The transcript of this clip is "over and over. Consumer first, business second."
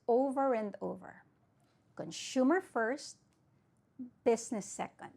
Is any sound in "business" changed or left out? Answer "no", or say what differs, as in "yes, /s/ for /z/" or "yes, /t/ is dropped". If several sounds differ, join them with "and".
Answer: yes, /s/ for /z/